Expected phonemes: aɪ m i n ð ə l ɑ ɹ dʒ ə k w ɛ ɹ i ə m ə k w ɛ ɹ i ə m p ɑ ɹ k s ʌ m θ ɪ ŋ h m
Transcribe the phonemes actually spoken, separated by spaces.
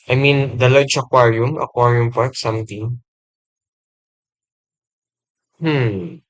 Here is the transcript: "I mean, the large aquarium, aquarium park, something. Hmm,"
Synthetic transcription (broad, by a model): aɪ m i n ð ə l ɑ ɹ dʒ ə k w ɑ ɹ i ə m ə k w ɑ ɹ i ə m p ɑ ɹ k s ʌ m t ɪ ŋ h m